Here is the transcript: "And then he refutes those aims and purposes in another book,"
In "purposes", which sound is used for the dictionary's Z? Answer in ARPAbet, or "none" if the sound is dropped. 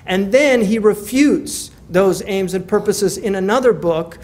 Z